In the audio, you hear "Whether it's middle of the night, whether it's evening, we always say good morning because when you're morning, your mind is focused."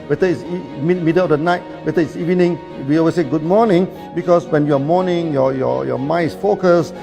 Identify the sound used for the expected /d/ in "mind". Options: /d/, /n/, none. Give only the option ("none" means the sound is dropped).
none